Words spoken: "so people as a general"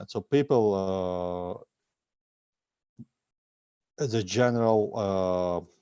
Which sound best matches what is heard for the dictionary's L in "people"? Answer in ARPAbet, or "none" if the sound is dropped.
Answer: L